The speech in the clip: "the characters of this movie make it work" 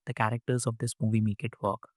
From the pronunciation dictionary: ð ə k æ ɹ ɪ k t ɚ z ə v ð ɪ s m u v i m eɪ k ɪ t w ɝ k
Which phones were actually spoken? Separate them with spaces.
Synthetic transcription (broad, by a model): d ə k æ ɹ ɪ k t ɚ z ə v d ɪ s m u v i m eɪ k ɪ t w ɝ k